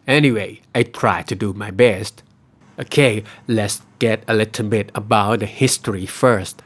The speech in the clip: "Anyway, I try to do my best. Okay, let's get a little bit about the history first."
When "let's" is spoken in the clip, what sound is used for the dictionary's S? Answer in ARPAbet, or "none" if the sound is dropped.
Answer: S